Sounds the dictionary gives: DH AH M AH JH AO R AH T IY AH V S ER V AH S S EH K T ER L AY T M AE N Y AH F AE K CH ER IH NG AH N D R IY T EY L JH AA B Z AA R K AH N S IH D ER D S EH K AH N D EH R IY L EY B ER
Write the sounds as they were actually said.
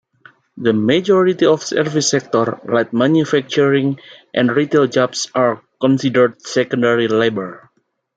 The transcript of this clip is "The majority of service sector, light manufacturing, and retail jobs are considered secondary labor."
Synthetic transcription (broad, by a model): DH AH M AH JH AO R AH T IY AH F S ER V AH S S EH K T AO L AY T M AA N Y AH F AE K CH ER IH NG AH N D R IY T EY L JH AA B S AA R K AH N S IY D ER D S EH K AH N D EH R IY L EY B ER